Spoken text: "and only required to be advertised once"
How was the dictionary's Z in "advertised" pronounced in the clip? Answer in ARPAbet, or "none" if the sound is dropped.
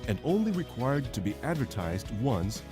Z